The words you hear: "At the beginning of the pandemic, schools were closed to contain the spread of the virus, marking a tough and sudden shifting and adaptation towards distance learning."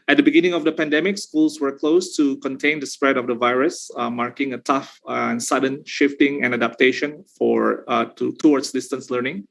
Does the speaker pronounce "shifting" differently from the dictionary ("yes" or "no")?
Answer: no